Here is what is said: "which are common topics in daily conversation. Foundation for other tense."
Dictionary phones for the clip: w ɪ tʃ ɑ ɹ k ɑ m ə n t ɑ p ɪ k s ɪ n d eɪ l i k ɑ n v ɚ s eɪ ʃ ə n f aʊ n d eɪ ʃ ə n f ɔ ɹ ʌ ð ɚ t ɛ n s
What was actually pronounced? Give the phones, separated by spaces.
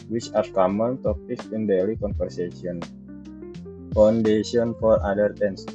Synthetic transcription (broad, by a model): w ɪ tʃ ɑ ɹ k ɑ m ə n t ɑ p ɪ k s ɪ n d eɪ l i k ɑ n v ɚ s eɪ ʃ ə n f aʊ n d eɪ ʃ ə n f ɔ ɹ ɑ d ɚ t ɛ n s